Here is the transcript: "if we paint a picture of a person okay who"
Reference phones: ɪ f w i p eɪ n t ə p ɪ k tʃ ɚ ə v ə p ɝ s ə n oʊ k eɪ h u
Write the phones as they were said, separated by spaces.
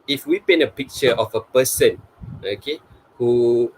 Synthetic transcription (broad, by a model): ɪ f w i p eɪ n ə p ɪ k tʃ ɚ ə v ə p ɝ s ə n oʊ k eɪ h u